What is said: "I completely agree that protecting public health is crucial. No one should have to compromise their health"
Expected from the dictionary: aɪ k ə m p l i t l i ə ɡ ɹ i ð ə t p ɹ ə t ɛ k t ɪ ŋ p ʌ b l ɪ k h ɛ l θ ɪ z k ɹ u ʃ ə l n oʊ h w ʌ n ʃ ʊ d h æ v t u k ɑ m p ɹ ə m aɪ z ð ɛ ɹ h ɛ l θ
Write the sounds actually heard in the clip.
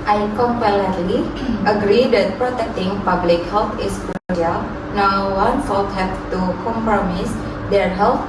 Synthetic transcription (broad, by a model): aɪ k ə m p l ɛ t l i ə ɡ ɹ i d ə t p ɹ ə t ɛ k t ɪ ŋ p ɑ b l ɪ k h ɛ l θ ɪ s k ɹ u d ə l n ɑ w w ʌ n s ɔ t h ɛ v t u k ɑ m p ɹ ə m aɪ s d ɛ ɹ h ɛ l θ